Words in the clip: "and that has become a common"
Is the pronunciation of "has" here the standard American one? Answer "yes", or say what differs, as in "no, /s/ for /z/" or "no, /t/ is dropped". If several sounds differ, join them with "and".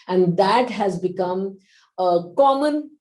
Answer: yes